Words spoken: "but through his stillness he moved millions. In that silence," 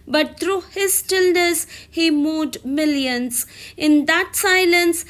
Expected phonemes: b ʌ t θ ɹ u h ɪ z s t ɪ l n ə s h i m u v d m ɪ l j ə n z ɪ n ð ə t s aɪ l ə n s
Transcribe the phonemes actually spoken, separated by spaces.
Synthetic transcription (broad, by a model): b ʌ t t ɹ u h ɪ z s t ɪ l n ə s h i m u d m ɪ l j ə n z ɪ n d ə t s aɪ l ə n s